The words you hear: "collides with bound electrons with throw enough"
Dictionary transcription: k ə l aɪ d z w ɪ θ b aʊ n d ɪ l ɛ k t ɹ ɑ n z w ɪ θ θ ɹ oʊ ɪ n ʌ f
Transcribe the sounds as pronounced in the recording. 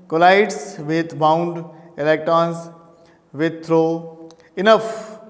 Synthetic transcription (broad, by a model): k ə l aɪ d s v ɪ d b aʊ n d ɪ l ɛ k t ɹ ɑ n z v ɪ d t ɹ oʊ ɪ n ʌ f